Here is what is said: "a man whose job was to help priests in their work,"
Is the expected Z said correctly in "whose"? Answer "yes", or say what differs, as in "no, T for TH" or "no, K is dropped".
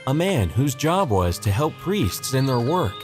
yes